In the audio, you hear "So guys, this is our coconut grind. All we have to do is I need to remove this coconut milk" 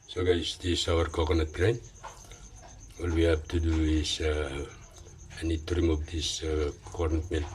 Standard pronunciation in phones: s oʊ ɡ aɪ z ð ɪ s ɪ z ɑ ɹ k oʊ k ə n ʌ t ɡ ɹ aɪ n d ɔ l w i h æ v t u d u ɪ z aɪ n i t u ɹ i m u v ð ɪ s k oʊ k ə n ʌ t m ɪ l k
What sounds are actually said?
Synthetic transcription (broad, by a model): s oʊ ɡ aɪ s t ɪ s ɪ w ɑ ɹ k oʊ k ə n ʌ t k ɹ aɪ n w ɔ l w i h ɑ b t u d u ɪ s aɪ n i t u ɹ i m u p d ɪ s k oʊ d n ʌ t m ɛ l